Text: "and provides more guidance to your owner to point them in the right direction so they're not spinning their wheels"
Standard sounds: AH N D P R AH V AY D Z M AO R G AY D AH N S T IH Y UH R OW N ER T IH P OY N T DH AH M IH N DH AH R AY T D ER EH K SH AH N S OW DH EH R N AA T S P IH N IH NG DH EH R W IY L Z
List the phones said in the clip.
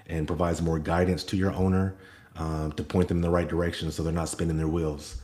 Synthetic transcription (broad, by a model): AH N P R AH V AY D Z M AO R G AY D N S T IH Y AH R OW N ER T IH P OY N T DH AH M N DH AH R AY T D ER EH K SH AH N S OW DH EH R N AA T S P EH N IH NG DH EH R W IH L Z